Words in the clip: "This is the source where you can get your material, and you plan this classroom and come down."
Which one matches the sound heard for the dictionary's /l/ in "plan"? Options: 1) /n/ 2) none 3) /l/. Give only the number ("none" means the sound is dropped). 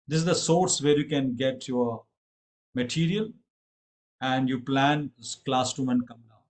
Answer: 3